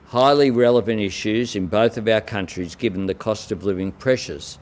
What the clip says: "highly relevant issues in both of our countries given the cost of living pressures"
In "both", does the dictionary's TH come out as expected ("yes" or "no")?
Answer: yes